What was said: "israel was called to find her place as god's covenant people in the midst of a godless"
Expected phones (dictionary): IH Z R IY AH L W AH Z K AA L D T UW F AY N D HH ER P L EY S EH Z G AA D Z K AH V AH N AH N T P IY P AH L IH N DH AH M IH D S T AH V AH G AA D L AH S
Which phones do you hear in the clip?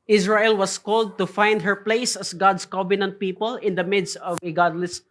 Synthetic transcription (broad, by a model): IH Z R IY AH L W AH S K AA L D T UW F AY N D HH ER P L EY S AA S G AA D S K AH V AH N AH N T P IY P AH L IH N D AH M IH D S T AH V AH G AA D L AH S